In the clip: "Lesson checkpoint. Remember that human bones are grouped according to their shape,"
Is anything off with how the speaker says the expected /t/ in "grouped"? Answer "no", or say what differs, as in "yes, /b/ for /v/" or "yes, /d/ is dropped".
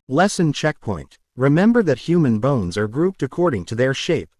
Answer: no